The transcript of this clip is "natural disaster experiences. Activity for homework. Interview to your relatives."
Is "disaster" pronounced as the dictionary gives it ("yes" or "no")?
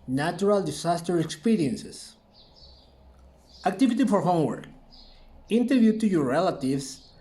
no